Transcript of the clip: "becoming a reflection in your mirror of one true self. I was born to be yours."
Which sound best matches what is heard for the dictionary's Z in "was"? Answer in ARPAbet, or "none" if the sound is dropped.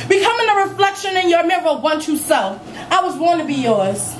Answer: Z